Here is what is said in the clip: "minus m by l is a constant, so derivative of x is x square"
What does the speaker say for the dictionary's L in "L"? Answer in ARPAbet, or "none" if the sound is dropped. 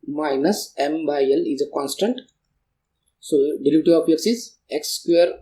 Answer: L